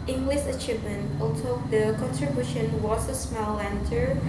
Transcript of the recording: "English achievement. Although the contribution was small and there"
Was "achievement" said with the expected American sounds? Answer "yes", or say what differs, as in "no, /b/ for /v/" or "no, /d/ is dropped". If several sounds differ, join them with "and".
yes